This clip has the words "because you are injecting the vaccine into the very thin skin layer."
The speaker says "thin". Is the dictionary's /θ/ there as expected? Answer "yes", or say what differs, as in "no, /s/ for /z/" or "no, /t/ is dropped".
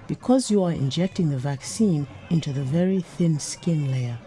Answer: yes